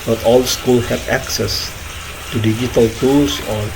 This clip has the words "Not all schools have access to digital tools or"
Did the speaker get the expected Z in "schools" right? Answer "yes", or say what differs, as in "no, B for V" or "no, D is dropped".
no, Z is dropped